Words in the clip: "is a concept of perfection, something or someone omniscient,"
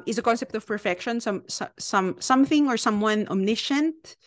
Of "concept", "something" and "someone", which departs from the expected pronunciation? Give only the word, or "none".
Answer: none